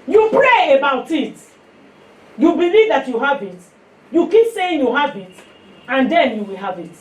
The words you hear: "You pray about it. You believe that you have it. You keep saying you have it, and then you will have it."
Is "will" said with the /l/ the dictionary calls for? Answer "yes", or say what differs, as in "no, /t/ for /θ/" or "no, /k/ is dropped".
yes